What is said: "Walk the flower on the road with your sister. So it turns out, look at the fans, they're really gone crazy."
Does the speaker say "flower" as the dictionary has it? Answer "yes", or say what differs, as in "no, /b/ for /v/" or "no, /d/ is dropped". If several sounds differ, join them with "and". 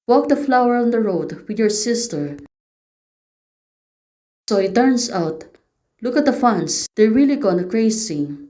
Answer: yes